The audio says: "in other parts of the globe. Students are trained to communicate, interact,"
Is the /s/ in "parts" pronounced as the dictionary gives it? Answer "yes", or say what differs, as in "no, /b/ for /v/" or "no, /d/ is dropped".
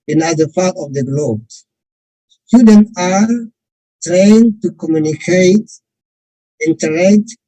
no, /s/ is dropped